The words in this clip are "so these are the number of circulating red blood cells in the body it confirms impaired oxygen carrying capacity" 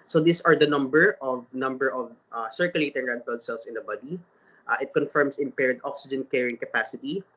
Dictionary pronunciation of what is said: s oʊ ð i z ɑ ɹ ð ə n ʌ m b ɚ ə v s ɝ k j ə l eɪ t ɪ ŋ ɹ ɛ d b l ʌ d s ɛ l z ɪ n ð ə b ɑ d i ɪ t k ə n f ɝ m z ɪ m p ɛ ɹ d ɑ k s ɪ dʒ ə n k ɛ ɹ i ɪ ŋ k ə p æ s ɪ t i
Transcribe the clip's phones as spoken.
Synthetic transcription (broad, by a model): s oʊ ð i s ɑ ɹ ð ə n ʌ m b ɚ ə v s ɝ k j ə l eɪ t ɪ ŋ ɹ ɛ d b ʌ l s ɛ l s ɪ n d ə b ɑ d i ɪ t k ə n f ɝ m s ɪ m p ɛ ɹ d ɑ k s ɪ dʒ ə n k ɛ ɹ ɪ ŋ k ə p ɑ s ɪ t i